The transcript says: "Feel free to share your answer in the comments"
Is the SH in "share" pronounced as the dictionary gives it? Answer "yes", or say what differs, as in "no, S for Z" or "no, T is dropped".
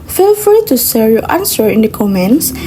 no, S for SH